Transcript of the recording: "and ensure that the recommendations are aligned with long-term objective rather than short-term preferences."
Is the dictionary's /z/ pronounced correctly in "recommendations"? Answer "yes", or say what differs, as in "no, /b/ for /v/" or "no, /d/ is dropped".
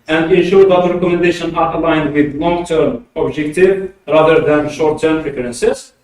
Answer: no, /z/ is dropped